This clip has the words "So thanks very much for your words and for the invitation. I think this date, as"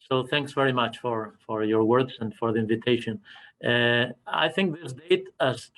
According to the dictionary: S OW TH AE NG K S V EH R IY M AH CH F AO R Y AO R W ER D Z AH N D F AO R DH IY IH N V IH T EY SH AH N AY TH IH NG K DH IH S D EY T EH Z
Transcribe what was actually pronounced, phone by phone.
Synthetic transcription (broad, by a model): S OW TH AE NG K S V EH R IY M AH CH F AO R Y AO R W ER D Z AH N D F AO R DH IY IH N V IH T EY SH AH N AY TH IH NG K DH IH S D EY T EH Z